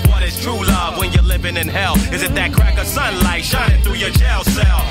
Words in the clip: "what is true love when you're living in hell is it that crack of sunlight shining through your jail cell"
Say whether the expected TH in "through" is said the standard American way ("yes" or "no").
yes